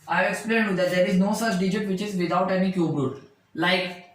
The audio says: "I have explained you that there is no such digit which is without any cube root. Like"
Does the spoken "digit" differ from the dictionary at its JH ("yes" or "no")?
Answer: no